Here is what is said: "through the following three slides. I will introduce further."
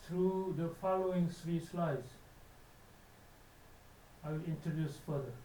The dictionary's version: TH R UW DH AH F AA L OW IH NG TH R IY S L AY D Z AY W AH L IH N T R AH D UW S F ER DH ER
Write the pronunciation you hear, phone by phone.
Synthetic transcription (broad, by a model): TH R UW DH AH F AA L OW IH NG S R IY S L AY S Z AY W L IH N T R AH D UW S F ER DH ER